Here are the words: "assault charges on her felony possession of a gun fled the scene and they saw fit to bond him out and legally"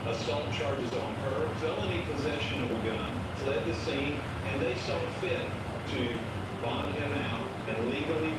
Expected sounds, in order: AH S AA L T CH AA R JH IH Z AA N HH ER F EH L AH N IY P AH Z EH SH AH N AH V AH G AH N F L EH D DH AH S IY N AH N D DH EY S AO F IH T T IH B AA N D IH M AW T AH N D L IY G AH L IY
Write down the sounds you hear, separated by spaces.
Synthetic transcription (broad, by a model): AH S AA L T CH AA R JH IH Z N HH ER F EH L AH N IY P AH Z EH SH AH N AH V AH G AH N L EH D DH AH S IY N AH N DH EY S AO F IH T T IH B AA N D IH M AW T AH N L IY G L IY